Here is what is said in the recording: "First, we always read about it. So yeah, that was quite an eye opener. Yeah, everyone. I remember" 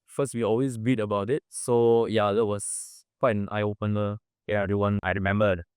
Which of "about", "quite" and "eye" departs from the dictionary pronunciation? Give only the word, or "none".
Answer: quite